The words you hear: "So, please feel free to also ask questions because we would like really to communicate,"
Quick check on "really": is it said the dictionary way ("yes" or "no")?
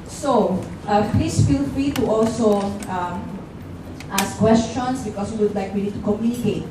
no